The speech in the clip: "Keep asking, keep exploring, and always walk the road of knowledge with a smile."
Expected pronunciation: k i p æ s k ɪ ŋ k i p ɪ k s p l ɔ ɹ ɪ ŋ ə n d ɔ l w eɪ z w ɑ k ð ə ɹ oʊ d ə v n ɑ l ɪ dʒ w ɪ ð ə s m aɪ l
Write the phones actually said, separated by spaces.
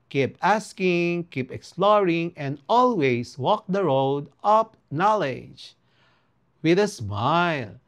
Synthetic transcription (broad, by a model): k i p æ s k ɪ ŋ k i p ɪ k s p l ɔ ɹ ɪ ŋ ə n d ɔ l w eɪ s w ɑ k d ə ɹ oʊ d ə p n ɑ l ɪ dʒ w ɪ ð ə s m aɪ l